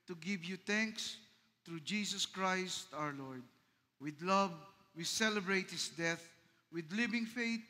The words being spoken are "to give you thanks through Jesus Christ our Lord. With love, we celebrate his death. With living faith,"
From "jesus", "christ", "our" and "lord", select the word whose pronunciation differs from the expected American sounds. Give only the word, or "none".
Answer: jesus